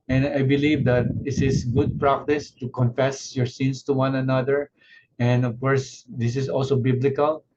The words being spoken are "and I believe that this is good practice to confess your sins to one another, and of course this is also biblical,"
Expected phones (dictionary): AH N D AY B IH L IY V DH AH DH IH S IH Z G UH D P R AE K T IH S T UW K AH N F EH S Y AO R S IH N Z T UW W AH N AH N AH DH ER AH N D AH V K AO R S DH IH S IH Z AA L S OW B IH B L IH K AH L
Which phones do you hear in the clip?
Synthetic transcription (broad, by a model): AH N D AY B IH L IY V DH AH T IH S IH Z G UH D P R AE K T IH S T UW K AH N F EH S Y AO R S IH N S T UW W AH N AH N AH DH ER AH N D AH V K AO R S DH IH S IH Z AA L S OW B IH B L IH K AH L